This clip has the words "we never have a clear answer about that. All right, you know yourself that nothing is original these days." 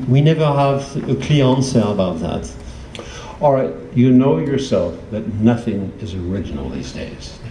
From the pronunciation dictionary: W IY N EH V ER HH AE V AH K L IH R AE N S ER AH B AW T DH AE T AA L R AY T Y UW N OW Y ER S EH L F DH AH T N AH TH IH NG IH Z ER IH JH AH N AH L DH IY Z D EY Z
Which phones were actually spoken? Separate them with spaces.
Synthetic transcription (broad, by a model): W IY N EH V ER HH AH V AH K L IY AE N S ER AH B AW T DH AE T AA L R AY T Y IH N OW Y ER S EH L F DH AH T N AH TH IH NG IH Z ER IH JH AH N L DH IY Z D EY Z